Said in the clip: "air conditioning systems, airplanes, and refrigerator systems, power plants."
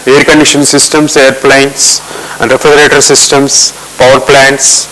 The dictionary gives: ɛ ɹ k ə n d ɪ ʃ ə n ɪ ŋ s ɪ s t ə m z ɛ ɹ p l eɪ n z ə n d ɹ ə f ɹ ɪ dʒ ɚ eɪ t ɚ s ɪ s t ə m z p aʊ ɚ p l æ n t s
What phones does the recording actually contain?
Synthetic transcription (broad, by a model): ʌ ɹ k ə n d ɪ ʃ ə n s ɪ s t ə m s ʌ ɹ p l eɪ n s ə n d ɹ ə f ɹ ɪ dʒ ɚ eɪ t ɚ s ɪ s t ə m s p aʊ ɚ p l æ n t s